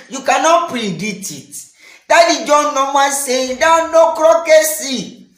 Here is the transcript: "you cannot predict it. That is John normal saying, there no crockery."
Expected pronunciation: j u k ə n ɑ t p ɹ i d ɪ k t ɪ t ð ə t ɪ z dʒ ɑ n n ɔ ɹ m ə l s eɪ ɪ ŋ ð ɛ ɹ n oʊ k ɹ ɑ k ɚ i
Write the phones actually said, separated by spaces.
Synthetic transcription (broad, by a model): j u k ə n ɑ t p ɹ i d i t ɪ t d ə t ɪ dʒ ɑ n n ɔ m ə n s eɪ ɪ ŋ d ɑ n oʊ k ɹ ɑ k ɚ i